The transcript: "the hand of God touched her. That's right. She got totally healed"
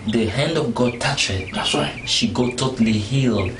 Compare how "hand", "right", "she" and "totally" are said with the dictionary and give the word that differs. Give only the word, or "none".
right